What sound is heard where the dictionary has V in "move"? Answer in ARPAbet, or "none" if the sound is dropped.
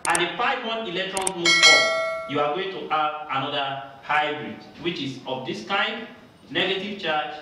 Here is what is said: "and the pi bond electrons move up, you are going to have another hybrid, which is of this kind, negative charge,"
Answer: none